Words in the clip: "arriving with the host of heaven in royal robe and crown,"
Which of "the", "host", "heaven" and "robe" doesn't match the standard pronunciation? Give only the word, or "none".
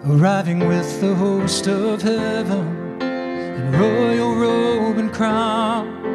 none